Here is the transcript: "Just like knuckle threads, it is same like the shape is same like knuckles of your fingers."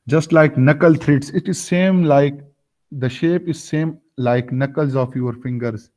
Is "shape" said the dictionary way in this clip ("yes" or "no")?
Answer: yes